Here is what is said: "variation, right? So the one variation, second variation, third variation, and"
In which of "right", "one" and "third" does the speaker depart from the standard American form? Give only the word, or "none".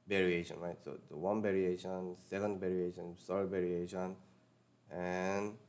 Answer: third